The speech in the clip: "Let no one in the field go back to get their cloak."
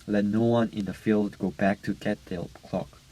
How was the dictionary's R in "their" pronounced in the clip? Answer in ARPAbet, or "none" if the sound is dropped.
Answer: L